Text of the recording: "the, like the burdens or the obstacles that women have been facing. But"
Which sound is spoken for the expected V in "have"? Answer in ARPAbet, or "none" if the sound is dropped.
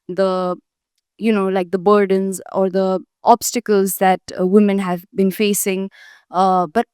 V